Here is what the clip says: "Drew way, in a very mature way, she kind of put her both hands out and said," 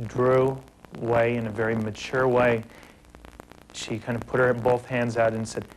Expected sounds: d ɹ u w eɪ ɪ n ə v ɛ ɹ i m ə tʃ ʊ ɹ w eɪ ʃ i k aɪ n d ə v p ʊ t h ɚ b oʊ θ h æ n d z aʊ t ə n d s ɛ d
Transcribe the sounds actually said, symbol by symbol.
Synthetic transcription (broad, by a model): d ɹ u w eɪ ɪ n ə v ɛ ɹ i m ə tʃ ʊ ɹ w eɪ ʃ i k aɪ n d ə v p ʊ t h ɚ b oʊ θ h æ n d z aʊ t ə n s ɛ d